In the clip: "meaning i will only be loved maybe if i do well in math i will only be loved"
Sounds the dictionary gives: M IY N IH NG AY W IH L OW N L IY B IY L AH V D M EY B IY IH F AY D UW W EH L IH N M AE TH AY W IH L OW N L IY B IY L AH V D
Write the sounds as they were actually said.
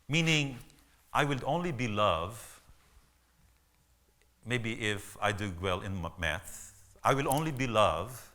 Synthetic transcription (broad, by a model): M IY N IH NG AY W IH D OW N L IY B IY L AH V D M EY B IY IH F AY D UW W EH L IH N M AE S AY W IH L OW N L IY B IY L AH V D